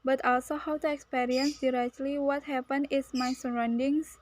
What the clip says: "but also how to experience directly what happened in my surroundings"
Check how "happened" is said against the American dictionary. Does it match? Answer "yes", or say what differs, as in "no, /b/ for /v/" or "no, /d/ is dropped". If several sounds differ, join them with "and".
no, /d/ is dropped